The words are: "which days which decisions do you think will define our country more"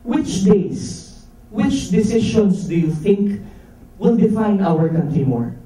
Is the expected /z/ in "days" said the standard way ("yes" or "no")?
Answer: no